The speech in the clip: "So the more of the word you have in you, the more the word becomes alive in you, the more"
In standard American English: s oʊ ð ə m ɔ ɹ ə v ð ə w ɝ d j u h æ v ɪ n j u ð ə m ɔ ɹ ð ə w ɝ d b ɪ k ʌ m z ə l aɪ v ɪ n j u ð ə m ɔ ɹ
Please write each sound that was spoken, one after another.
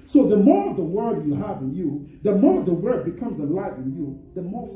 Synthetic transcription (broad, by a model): s oʊ ð ə m ɔ ɹ ə v ð ə w ɝ d j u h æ v ɪ n j u ð ə m ɔ ɹ ð ə w ɝ d b ɪ k ʌ m z ə l aɪ v ɪ n j u ð ə m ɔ ɹ